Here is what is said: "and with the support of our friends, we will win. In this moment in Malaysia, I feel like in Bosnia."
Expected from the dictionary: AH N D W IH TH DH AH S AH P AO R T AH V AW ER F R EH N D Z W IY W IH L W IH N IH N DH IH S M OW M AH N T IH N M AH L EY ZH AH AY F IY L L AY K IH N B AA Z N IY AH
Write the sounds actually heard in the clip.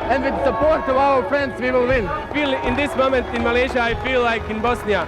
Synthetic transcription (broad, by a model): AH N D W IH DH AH S AH P AO R T AH V AW ER F R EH N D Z W IY W IH L W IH N IH N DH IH S M OW M AH N T IH N M AH L EY ZH AH AY F IY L L AY K IH N B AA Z N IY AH